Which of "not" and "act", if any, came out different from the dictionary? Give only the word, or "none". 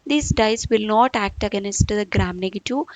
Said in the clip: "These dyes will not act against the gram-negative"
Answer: none